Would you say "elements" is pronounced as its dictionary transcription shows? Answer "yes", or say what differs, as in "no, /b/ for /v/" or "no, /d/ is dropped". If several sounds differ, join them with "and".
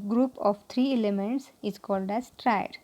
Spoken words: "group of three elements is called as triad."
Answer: yes